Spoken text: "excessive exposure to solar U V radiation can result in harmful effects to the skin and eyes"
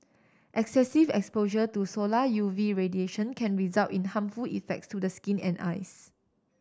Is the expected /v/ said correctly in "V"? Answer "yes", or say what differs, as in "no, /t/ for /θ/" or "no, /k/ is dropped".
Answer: yes